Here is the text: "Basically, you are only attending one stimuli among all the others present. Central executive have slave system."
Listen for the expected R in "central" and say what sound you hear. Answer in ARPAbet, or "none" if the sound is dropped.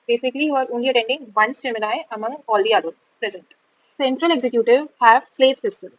R